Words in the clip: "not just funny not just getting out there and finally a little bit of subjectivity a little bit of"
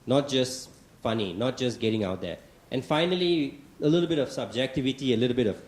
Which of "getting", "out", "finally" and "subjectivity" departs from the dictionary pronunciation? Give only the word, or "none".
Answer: none